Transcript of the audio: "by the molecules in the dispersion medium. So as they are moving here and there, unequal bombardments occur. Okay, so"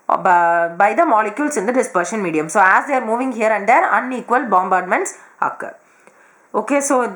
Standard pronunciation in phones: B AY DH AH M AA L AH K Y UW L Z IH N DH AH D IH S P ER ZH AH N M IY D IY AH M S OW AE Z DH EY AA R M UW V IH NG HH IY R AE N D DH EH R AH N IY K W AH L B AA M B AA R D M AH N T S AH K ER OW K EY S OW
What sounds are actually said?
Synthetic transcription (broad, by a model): B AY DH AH M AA L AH K Y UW L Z IH N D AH D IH S P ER SH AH N M IY D IY AH M S OW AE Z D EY AA R M UW V IH NG HH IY R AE N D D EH R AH N IY K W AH L B AA M B AA R D M AH N T S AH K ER OW K EY S OW